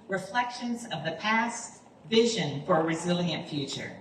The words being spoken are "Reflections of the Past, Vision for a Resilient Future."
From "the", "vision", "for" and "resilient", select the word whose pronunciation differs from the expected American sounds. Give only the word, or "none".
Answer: none